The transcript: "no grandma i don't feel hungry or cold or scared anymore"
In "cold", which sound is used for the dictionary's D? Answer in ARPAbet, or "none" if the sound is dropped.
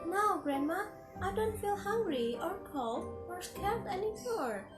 none